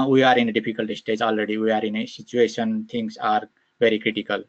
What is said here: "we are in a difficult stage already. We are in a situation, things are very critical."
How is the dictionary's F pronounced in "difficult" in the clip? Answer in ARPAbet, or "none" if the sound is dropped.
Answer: P